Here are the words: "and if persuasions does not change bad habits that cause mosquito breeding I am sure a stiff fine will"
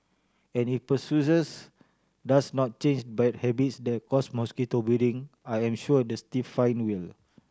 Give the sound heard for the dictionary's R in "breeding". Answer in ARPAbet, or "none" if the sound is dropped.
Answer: none